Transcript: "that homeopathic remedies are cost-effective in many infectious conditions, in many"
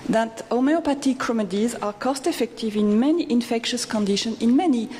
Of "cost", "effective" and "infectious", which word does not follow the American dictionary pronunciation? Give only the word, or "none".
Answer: none